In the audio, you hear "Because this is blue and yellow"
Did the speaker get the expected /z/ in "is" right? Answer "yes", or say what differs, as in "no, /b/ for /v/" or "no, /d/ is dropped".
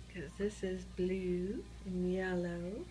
yes